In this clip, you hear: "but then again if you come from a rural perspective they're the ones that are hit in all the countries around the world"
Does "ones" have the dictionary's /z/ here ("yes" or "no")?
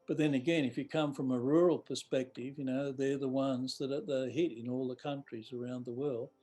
yes